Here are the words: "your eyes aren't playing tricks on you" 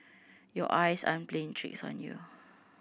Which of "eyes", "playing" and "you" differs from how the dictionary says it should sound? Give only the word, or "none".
eyes